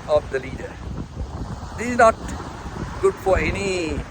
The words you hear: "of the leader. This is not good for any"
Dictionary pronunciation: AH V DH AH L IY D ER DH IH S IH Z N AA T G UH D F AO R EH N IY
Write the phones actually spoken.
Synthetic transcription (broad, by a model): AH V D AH L IY D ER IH IH Z N AA T G UH D F AO R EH N IY